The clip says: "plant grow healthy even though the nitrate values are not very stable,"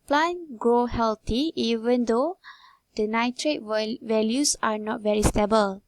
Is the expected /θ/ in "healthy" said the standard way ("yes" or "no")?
no